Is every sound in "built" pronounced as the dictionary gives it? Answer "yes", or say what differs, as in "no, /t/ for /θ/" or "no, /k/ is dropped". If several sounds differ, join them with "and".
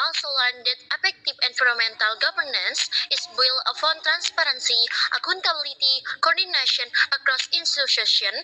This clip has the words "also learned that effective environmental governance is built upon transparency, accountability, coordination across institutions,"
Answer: no, /t/ is dropped